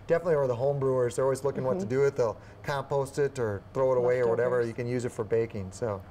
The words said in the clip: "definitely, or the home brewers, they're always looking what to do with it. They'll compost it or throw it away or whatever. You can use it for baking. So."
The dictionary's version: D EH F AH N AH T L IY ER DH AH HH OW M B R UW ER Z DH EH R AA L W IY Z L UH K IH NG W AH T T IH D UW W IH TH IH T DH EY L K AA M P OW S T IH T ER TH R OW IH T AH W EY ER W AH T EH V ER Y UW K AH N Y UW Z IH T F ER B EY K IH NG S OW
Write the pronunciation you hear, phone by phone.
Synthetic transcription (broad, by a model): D EH F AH N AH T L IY ER DH AH HH OW M B R UW ER Z DH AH R AA L W IY Z L UH K IH NG W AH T T IH D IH IH T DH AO K AA M P OW S T IH T ER TH R OW IH T AH W EY ER W AH T EH V ER Y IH K AH N Y UW Z IH T F ER B EY K IH NG S OW